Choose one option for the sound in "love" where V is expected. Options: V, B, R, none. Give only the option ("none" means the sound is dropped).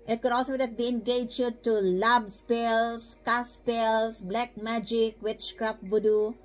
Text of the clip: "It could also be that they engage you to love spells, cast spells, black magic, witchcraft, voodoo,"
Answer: B